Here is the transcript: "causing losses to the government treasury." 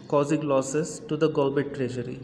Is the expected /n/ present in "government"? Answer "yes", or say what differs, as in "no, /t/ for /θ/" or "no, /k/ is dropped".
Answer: no, /n/ is dropped